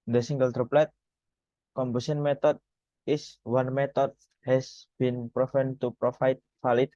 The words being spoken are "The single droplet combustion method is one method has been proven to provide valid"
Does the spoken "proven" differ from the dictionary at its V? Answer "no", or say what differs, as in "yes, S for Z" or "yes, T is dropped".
yes, F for V